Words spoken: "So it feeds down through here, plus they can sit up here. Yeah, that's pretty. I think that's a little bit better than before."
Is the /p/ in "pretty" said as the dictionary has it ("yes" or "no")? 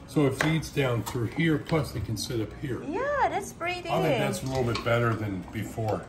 no